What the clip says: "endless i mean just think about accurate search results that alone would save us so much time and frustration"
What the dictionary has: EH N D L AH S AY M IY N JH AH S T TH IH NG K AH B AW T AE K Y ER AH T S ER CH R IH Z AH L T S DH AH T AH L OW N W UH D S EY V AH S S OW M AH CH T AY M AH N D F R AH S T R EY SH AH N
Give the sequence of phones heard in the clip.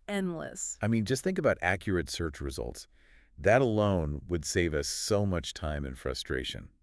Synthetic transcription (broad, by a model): EH N D L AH S AY M IY N JH AH S T TH IH NG K AH B AW T AE K Y ER AH T S ER CH R IH Z AH L T S DH AH T AH L OW N W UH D S EY V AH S S OW M AH CH T AY M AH N F R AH S T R EY SH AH N